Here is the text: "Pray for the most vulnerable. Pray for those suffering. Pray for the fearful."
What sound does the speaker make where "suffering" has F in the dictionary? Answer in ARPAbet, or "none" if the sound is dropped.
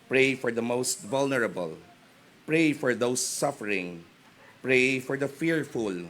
F